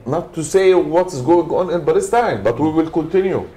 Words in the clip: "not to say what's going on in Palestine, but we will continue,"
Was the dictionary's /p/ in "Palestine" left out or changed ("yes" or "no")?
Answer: yes